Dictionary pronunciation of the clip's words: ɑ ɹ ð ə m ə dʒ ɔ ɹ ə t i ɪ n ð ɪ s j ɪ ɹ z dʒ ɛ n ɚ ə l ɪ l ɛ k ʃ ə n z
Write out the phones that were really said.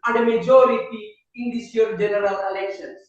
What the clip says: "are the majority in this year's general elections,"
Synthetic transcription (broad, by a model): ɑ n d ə m ə dʒ ɔ ɹ ə t i ɪ n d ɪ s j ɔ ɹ dʒ ɛ n ɚ ə l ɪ l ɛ k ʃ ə n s